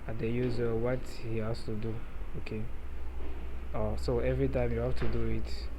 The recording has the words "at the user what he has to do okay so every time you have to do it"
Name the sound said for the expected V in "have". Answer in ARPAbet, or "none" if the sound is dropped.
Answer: F